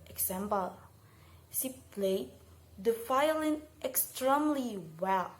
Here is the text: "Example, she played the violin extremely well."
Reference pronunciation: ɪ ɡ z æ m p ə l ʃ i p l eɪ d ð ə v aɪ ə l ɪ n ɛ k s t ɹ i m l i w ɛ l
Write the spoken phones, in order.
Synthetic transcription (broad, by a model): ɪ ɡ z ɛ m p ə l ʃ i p l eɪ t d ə f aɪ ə l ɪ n ɛ k s t ɹ i m l i w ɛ l